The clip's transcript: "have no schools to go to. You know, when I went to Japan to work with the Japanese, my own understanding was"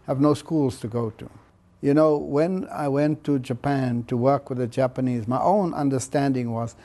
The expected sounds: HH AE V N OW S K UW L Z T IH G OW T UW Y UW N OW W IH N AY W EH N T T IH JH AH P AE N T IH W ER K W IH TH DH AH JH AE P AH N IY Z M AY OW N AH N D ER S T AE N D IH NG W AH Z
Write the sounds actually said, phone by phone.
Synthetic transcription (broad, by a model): HH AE V N OW S K UW L Z T IH G OW T UW Y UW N OW W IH N AY W EH N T T IH JH AH P AE N T IH W ER K W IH DH AH JH AE P AH N IY Z M AY OW N AH N D ER S T AE N D IH NG W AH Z